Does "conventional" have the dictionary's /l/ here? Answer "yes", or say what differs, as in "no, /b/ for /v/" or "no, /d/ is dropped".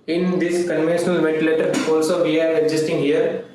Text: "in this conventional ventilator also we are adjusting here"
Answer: yes